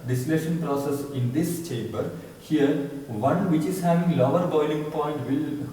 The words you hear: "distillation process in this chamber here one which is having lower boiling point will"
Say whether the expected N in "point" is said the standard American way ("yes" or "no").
yes